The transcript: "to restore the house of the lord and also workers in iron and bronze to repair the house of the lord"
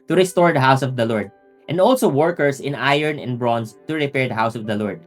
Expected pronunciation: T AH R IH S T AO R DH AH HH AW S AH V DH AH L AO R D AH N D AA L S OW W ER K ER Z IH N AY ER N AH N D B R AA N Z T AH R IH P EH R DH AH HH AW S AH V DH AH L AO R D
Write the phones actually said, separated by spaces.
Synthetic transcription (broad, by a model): T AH R IH S T AO R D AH HH AW S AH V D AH L AO R D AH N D AA L S OW W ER K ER S IH N AY ER N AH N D B R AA N S T AH R IH P EH R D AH HH AW S AH V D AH L AO R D